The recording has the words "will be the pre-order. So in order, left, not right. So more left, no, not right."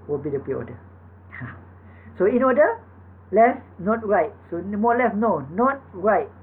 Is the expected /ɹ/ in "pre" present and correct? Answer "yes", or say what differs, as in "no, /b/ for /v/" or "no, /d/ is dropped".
no, /ɹ/ is dropped